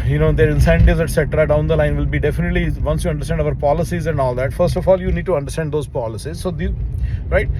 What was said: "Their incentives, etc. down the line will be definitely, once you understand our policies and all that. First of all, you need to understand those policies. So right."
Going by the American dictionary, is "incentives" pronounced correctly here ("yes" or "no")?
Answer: no